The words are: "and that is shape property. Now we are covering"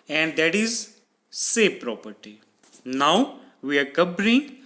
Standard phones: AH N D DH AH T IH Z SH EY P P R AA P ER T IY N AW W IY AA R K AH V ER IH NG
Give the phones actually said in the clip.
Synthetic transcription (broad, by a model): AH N D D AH T IH Z S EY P P R AA P ER T IY N AW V IY AA R K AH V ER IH NG